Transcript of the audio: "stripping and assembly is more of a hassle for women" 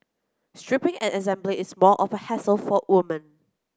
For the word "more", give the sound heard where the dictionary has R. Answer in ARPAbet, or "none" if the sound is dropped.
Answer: L